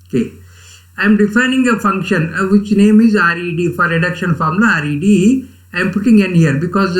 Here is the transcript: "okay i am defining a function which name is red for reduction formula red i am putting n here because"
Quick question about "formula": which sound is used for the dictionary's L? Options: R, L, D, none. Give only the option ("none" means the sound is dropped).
none